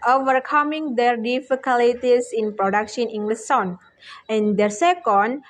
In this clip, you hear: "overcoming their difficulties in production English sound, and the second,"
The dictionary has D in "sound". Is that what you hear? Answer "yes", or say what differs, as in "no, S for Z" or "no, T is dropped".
no, D is dropped